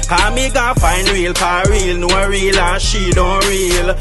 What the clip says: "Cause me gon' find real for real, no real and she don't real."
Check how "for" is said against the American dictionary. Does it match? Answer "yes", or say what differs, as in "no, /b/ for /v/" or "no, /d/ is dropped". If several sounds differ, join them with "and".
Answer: no, /p/ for /f/